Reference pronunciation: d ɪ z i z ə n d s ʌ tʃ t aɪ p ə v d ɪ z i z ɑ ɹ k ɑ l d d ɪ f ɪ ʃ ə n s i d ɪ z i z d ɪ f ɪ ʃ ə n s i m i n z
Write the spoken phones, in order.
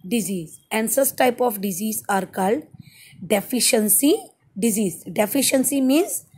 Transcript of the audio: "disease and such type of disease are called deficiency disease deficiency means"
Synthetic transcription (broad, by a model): d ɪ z i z ə n d s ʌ s t aɪ p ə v d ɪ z i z ɑ ɹ k ɑ l d d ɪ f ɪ ʃ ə n s i d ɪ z i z d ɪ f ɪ ʃ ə n s i m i n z